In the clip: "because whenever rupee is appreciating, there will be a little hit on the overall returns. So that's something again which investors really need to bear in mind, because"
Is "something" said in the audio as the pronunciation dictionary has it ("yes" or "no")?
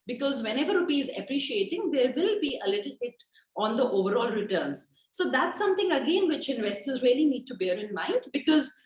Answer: no